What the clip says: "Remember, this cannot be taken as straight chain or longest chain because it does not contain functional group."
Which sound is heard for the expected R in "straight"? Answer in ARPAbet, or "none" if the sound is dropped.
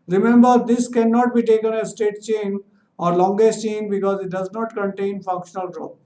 none